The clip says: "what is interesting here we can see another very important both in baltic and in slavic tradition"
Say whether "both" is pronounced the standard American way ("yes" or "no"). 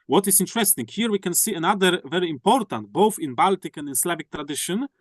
yes